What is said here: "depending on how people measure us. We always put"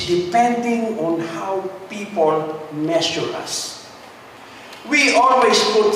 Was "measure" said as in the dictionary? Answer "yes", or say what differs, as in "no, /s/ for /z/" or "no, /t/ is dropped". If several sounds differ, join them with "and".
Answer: no, /s/ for /ʒ/